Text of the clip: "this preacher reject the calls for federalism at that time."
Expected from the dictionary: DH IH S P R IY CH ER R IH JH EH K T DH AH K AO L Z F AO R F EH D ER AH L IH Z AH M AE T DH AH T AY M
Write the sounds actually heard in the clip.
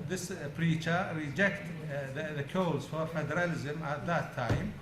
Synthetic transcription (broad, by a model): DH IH S P R IY CH ER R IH JH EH K T DH AH K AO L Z F AO R F EH D ER AH L IH Z AH M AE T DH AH T AY M